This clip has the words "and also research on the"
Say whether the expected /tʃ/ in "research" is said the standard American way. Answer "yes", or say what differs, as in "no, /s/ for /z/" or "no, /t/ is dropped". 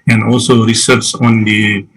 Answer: no, /s/ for /tʃ/